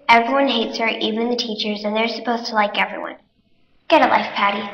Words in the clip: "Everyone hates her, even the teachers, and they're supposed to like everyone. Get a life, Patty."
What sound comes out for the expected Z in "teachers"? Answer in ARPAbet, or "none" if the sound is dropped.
Z